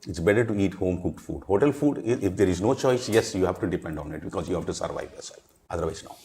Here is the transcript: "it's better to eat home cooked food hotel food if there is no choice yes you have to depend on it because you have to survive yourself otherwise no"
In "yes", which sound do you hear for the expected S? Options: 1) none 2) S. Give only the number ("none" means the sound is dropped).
2